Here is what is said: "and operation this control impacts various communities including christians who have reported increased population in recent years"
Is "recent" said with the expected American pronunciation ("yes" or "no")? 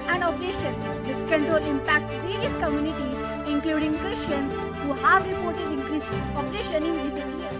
no